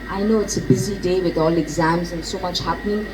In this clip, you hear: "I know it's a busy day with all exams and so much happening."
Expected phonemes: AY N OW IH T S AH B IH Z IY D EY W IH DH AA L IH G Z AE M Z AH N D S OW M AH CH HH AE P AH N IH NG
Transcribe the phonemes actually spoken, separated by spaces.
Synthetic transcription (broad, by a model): AY N OW IH T S AH B IH Z IY D EY W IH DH AA L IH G Z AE M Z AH N S OW M AH CH HH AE P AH N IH NG